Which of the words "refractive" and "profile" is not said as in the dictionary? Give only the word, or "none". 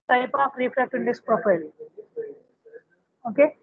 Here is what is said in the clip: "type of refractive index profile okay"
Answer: refractive